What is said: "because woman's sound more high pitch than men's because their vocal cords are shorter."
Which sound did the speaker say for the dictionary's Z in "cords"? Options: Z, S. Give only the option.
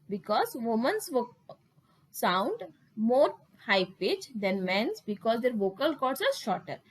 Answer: S